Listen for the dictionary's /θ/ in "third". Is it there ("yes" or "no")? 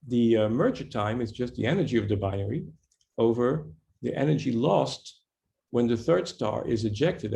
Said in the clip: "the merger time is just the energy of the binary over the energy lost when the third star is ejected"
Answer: yes